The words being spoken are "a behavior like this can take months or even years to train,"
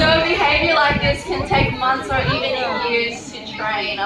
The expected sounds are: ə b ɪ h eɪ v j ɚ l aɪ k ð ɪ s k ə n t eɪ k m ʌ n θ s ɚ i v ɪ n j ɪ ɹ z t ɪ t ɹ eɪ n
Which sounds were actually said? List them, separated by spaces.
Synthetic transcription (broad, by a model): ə b ɪ h eɪ v j ɚ l aɪ k ð ɪ s k ə n t eɪ k m ʌ n θ s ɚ i v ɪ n j ɪ ɹ z t ɪ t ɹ eɪ n